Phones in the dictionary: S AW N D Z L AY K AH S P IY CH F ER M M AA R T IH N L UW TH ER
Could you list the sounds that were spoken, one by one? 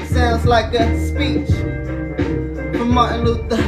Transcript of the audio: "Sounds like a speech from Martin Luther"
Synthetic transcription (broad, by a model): S AW N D Z L AY K AH S P IY CH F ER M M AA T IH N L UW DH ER